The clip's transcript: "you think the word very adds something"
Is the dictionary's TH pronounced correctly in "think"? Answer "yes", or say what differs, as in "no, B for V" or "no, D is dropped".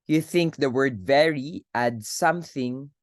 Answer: yes